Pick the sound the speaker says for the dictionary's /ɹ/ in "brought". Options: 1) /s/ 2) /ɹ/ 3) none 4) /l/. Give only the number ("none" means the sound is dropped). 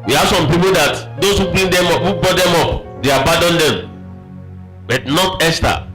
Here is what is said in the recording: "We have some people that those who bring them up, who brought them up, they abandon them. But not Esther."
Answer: 3